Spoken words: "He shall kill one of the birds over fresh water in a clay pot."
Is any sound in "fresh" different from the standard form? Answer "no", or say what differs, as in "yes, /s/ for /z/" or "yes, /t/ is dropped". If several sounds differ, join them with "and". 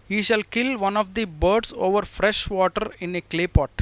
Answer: no